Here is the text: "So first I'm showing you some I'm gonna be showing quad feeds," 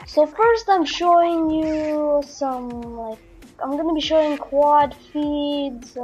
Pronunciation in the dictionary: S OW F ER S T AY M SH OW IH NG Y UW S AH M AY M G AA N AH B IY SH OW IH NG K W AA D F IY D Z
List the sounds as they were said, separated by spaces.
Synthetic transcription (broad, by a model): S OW F ER S T AY M SH OW IH NG Y UW S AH M AY M G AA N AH B IY SH OW IH NG K W AA D F IY D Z